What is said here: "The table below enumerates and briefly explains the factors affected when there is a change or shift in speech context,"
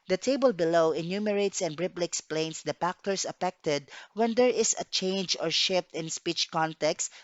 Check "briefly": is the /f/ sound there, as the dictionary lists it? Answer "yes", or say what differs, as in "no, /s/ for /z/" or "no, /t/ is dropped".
no, /p/ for /f/